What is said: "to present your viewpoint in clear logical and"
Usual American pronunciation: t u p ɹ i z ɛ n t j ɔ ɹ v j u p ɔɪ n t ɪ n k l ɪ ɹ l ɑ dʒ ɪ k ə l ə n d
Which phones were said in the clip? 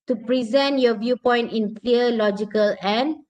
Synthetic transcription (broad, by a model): t u p ɹ i z ɛ n t j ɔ v j u p ɔɪ n t ɪ n k l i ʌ l ɑ dʒ ɪ k ə l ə n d